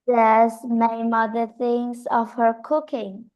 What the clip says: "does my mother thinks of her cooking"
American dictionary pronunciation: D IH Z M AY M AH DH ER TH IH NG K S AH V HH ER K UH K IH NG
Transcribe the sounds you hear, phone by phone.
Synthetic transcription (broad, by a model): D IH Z M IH M AH DH ER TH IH NG S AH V HH ER K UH K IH NG